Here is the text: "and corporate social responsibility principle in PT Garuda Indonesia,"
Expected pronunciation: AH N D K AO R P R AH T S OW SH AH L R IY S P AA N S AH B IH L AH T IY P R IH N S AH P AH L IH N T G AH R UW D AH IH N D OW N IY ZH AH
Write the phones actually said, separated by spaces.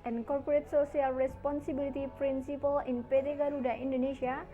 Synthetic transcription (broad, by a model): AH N K AO R P R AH T S OW S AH L R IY S P AA N S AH B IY L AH T IY P R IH N S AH P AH L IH N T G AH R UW D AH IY N D OW N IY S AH